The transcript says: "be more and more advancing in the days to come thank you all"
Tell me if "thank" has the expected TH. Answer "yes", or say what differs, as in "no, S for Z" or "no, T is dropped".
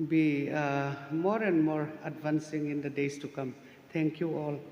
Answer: no, T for TH